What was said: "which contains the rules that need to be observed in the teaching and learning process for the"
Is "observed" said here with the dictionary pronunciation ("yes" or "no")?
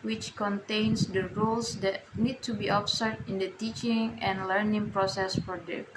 no